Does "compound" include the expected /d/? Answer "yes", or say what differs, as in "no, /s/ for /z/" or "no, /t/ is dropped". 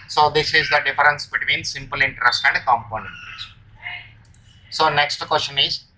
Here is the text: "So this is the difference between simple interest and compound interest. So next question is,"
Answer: no, /d/ is dropped